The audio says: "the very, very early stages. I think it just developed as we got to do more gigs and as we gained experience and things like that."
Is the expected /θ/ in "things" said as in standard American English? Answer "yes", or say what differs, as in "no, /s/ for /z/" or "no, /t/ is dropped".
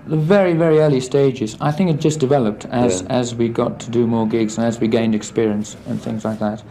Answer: yes